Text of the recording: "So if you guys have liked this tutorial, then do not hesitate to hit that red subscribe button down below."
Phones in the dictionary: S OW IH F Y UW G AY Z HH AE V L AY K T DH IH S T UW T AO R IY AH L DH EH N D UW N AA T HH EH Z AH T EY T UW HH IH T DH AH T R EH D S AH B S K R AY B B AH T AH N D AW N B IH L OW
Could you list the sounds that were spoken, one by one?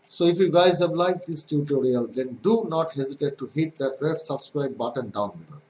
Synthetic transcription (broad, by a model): S OW IH F Y UW G AY Z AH B L AY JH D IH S T UW T AO R IY AH L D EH N D UW N AA T HH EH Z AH T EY T UW HH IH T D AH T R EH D S AH B S K R AY B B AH T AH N D AW N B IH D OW